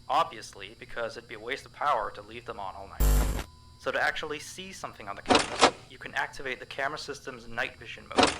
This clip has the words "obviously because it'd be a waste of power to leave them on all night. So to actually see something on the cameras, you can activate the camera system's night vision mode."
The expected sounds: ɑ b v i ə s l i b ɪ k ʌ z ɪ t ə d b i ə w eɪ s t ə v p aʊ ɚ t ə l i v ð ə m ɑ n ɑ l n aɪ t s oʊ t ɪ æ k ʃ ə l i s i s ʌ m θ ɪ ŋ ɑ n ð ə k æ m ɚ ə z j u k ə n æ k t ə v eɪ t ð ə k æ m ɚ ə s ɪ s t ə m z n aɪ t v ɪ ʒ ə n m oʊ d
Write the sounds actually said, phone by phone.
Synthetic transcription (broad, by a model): ɑ b v i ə s l i b ɪ k ʌ z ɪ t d b i ə w eɪ s t ə v p aʊ ɚ t ə l i v ð ə m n ɑ l n aɪ t s oʊ t ɪ æ k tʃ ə l i s i s ʌ m θ ɪ ŋ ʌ n ð ə k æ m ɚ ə j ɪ k ə n æ k t ə v eɪ t ð ə k æ m ɚ ə s ɪ s t ə m z n aɪ t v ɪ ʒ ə n m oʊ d